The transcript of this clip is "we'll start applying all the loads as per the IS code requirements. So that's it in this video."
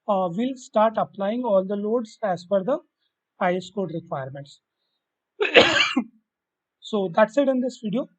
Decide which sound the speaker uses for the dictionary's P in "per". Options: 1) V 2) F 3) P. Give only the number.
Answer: 2